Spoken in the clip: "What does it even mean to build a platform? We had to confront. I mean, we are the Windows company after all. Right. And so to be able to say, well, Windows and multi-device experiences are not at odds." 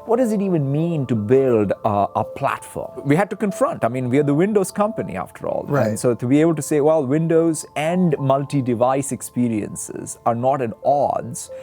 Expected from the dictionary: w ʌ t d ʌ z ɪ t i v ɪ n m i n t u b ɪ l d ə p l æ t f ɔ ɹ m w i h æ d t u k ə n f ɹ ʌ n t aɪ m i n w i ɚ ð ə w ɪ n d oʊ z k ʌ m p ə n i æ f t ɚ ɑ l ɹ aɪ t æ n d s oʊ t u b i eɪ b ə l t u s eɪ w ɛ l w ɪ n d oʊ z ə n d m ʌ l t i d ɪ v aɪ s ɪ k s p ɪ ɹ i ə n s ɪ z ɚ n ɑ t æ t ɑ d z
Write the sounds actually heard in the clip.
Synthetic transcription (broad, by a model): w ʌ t d ʌ z ɪ t i v ɪ n m i n t u b ɪ l d ə p l æ t f ɔ ɹ m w i h æ d t u k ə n f ɹ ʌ n t aɪ m i n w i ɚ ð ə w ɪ n d oʊ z k ʌ m p ə n i æ f t ɚ ɑ l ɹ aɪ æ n s oʊ t u b i eɪ b ə l t u s eɪ w ɛ l w ɪ n d oʊ z ə n d m ʌ l t i d ɪ v aɪ s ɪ k s p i ɹ i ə n s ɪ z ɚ n ɑ t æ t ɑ d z